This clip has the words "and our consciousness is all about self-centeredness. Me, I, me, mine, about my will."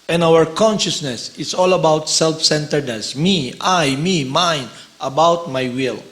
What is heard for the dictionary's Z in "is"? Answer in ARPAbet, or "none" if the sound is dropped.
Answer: S